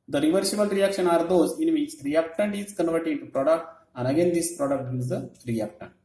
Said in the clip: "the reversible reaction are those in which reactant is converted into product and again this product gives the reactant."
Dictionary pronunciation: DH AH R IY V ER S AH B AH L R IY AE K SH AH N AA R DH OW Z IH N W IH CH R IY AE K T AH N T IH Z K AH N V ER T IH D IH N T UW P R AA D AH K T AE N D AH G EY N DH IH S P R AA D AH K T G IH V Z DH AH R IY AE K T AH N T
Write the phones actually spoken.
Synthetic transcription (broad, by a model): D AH R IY V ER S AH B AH L R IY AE K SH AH N AA R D OW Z IH N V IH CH R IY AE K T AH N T IH Z K AH N V ER T IH D IH N T UW P R AA D AH K T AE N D AH G EY N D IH S P R AA D AH K T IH Z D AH R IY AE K T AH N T